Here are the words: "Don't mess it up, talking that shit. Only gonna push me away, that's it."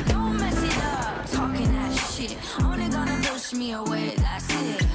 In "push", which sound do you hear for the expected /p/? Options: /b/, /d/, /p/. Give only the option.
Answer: /b/